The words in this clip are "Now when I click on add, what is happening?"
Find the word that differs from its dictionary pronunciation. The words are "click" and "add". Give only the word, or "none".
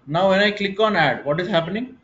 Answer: none